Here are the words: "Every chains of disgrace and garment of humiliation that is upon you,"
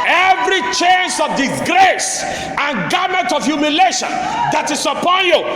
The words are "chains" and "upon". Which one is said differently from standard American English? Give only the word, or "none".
chains